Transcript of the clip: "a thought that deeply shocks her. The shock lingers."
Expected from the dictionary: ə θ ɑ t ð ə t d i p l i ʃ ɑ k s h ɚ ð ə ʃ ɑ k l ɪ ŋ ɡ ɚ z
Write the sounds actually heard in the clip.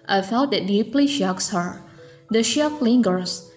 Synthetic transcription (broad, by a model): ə f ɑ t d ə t d i p l i ʃ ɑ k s h ɚ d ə ʃ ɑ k l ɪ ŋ ɡ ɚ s